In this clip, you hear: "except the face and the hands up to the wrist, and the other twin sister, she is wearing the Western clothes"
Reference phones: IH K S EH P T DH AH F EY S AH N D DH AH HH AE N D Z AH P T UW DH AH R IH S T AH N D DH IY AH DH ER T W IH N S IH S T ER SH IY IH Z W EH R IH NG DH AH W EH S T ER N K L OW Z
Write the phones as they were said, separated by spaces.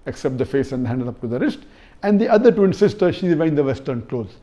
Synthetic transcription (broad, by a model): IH K S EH P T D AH F EY S AH N D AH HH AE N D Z AH P T UW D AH R IH S T AH N D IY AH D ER T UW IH N S IH S T ER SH IY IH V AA IH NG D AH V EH S T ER N K L OW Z